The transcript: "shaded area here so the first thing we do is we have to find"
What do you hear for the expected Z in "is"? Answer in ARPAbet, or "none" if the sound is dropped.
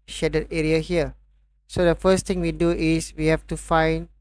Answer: S